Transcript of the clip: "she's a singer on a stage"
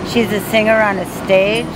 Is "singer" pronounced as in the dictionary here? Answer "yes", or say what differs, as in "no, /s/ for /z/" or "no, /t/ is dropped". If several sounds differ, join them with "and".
yes